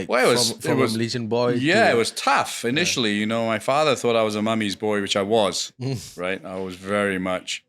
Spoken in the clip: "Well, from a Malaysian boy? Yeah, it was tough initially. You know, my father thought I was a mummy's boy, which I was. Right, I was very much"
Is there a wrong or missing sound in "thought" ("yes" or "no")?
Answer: no